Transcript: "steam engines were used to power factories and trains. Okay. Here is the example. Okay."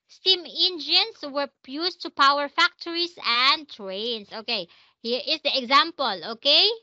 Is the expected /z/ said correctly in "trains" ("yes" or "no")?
no